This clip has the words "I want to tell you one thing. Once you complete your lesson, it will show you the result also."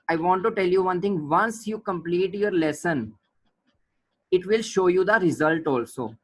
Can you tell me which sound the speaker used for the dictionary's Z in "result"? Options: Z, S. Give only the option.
Z